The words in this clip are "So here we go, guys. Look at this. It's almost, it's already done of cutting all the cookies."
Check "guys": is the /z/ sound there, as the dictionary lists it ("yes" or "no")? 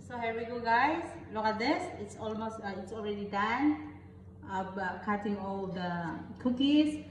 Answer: no